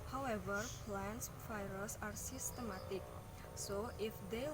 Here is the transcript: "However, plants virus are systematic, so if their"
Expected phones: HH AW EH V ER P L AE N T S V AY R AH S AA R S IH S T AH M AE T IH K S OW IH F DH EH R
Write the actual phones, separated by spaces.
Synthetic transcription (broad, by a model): HH AW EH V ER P L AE N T S F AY R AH S AA R S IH S T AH M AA T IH K S OW IH F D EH